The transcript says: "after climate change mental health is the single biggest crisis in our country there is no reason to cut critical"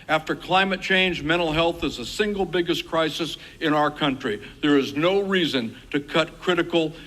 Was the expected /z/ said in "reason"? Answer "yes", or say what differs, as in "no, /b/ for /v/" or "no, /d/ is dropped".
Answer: yes